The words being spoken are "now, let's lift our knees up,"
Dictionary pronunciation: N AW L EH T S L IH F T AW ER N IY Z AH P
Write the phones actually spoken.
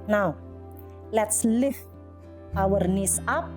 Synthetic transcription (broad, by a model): N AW L EH T S L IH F AW ER N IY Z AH P